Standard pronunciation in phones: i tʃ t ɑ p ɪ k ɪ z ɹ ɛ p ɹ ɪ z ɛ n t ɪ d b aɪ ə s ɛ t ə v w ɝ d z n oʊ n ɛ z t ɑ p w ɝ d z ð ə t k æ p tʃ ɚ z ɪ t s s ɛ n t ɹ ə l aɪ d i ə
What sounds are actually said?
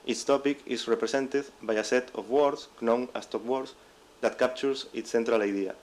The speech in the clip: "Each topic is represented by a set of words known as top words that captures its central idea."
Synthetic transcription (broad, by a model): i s t ɑ p ɪ k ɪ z ɹ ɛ p ɹ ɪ s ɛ n t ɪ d b aɪ ə s ɛ t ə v w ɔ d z n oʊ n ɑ s t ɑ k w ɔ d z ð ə t k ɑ p tʃ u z ɪ t s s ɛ n t ɹ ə l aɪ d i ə